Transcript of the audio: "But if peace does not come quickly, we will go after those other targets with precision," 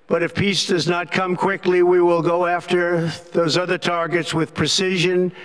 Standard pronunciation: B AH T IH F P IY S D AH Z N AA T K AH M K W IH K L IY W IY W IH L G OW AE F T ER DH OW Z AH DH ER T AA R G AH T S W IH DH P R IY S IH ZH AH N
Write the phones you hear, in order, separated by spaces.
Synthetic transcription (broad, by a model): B AH T IH F P IY S D AH Z N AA T K AH M K W IH K L IY W IY W IH L G OW AE F T ER DH OW Z AH DH ER T AA R G AH T S W IH DH P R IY S IH ZH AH N